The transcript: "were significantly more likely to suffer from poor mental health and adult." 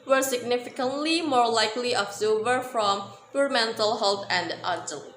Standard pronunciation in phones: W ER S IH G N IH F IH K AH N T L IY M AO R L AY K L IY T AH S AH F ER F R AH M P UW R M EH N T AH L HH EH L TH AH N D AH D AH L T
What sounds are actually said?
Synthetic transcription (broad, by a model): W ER S IH G N IH F IH K AH N T L IY M AO R L AY K L IY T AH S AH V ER F R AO M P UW R M EH N T AH L HH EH L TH AH N D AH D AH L